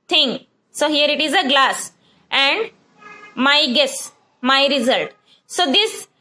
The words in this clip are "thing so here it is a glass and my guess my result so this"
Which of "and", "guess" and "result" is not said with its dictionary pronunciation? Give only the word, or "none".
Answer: none